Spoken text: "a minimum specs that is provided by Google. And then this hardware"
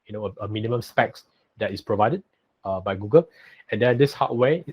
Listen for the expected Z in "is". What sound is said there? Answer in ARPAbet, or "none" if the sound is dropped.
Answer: S